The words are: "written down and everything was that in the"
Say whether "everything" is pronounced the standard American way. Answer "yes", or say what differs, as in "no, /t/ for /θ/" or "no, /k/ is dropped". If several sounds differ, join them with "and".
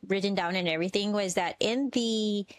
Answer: yes